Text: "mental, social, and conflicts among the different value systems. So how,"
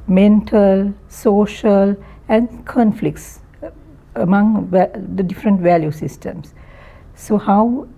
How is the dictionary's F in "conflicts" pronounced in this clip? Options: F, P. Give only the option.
F